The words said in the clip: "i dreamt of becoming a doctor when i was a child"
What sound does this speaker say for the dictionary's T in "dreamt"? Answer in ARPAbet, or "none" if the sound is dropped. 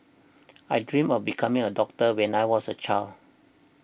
none